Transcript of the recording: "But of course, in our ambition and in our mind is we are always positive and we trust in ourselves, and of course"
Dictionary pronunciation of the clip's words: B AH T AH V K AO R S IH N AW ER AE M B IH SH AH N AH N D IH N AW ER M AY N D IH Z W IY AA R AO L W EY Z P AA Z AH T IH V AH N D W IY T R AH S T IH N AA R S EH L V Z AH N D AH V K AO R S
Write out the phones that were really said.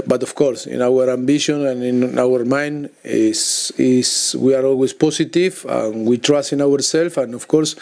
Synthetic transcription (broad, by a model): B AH T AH F K AO R S IH N AW ER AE M B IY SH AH N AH N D IH N AW ER M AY N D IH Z W IY AA R AO L W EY S P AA S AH T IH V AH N W IY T R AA S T IH N AA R S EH L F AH N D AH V K AO R S